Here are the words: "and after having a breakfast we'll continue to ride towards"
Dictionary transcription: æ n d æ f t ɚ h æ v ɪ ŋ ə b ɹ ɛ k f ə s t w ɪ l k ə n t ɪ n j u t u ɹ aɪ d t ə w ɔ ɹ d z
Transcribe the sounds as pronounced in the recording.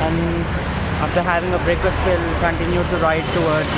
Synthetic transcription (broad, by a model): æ n d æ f t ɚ h æ v ɪ ŋ ə b ɹ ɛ k ə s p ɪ l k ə n t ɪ n j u t u ɹ aɪ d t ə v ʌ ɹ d